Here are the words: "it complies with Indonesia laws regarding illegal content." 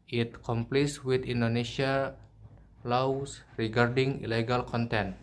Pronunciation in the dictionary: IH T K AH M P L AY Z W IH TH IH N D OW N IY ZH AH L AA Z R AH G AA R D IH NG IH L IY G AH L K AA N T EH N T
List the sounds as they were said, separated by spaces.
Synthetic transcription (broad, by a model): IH T K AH M P L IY S W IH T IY N D OW N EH S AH L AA S R AH G AA R D IH NG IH L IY G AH L K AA N T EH N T